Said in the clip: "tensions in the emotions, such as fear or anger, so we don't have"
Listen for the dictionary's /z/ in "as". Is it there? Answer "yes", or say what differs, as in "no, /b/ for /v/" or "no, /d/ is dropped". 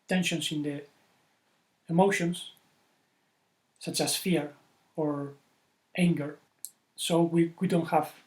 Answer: no, /s/ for /z/